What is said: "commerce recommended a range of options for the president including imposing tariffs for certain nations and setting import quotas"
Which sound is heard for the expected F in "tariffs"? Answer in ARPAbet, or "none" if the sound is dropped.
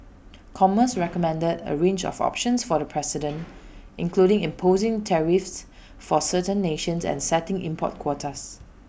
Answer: F